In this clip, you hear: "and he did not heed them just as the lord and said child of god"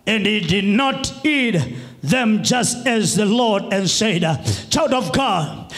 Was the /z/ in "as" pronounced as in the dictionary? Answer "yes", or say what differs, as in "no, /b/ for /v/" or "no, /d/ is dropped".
yes